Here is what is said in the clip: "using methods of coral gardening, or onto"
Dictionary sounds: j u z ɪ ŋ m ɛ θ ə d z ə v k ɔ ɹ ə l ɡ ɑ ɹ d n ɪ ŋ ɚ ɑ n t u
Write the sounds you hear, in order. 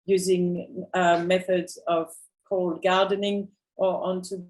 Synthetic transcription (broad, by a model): j u z ɪ ŋ m ɛ θ ə d z ə v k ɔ ə l ɡ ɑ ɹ d n ɪ ŋ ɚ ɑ n t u